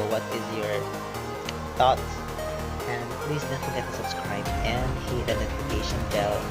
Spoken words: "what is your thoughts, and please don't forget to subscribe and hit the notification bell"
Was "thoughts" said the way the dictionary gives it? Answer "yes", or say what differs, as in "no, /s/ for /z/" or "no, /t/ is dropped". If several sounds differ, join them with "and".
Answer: no, /s/ is dropped